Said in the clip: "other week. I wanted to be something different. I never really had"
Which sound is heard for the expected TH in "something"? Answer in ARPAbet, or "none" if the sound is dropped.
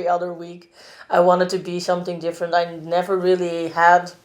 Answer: TH